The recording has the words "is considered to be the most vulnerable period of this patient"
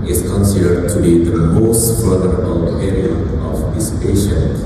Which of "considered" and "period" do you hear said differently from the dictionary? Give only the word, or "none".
period